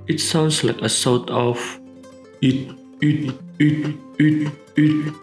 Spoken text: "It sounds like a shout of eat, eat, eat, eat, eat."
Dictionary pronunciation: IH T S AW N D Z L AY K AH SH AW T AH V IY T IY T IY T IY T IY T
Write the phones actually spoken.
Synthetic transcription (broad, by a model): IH T S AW N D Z L AY K AH S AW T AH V IY T IY T IY T IY T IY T